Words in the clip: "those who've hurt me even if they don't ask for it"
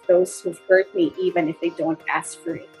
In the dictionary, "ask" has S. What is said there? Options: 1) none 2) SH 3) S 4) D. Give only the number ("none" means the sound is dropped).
3